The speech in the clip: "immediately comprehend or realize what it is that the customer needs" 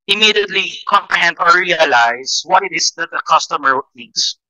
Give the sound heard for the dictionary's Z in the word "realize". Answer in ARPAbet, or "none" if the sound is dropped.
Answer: S